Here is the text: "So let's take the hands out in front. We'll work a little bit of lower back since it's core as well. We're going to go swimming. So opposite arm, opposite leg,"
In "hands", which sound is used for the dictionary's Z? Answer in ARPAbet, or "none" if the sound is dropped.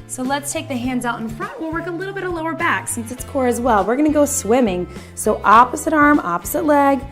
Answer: Z